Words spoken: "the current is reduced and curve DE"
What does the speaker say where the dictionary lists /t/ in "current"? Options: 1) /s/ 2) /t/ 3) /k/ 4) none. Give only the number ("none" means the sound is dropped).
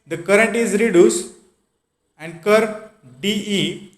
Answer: 2